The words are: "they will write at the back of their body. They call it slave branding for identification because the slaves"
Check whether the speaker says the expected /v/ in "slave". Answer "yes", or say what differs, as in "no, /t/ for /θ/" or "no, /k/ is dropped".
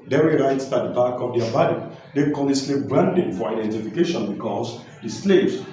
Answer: no, /p/ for /v/